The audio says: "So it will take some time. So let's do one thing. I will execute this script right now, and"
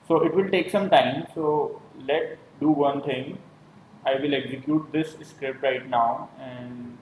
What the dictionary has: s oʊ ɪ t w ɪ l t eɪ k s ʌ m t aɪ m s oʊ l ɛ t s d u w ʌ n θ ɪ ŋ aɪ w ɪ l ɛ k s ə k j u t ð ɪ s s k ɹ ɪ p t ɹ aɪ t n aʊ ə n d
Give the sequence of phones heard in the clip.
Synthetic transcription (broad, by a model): s oʊ ɪ t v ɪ l t eɪ k s ʌ m t aɪ m s oʊ l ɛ t d u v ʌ n t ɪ ŋ aɪ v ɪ l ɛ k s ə k j u t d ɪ s s k ɹ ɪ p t ɹ aɪ t n aʊ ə n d